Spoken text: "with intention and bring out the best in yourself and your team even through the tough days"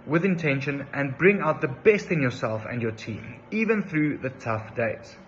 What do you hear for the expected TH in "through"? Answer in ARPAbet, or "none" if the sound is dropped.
TH